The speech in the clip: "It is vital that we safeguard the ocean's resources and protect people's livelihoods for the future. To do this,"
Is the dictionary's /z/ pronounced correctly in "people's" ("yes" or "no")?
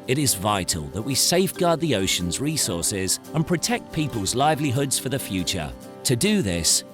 yes